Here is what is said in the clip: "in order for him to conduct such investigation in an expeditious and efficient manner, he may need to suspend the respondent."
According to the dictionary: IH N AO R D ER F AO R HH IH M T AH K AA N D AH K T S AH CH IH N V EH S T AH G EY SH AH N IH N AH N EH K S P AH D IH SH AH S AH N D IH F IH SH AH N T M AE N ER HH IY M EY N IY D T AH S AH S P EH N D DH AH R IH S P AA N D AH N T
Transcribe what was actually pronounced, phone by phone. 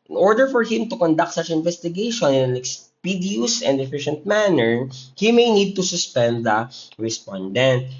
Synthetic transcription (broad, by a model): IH N AO R D ER F AO R HH IH M T AH K AA N D AH K T S AH CH IH N V EH S T AH G EY SH AH N IH N AH N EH K S P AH D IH AH S AH N D IH F IH SH AH N T M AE N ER HH IY M EY N IY D T AH S AH S P EH N D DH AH R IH S P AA N D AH N T